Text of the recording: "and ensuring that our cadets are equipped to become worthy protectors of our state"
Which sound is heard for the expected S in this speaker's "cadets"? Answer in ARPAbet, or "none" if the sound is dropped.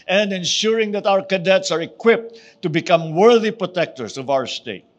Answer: S